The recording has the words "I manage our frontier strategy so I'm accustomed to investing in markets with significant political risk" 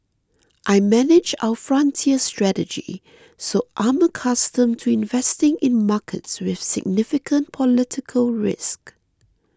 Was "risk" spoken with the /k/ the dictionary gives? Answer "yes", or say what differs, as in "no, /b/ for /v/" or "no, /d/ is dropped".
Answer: yes